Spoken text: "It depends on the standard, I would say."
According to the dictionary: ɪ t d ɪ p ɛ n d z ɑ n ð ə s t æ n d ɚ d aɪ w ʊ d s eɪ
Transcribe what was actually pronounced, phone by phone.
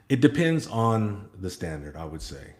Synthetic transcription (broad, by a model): ɪ t d ɪ p ɛ n d z n ð ə s t æ n d ɚ d aɪ w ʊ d s eɪ